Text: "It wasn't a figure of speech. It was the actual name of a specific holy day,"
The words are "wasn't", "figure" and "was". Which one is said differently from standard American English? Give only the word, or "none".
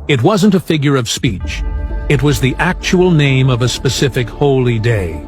none